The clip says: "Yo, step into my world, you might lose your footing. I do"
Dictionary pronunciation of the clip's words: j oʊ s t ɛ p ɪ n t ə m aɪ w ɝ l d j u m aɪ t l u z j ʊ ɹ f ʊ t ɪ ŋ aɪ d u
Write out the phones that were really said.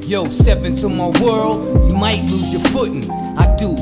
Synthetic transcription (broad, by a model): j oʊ s t ɛ p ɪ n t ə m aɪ w ɝ l d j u m aɪ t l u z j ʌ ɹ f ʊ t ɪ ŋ aɪ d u